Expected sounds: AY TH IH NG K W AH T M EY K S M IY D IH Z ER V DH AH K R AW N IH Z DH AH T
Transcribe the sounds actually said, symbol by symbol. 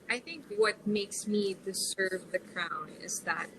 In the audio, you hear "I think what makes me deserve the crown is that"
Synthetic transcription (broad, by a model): AY TH IH NG K W AH T M EY K S M IY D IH S ER V DH AH K R AW N IH Z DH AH T